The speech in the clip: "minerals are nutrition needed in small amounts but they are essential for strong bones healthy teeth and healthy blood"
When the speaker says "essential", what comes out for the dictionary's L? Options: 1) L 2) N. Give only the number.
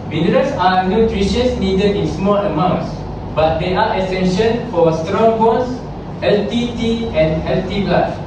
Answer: 2